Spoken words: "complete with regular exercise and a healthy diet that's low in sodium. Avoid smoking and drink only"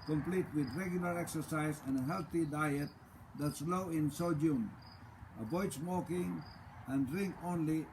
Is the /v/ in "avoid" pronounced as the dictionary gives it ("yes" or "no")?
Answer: no